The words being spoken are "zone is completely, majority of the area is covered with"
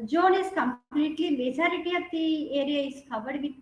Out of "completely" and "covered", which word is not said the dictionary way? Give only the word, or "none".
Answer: covered